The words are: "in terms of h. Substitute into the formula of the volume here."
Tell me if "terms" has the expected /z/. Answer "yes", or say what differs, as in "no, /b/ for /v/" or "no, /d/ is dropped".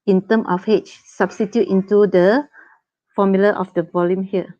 no, /z/ is dropped